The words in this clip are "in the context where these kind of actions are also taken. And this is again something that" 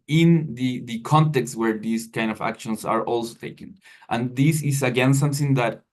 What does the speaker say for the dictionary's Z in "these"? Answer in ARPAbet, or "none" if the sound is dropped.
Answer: S